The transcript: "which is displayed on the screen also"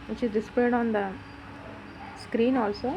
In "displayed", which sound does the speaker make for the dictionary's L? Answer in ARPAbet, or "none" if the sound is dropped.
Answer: none